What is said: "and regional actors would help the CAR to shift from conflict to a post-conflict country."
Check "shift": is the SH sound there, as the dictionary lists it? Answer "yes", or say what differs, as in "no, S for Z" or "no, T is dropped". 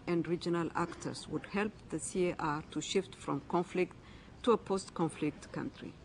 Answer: yes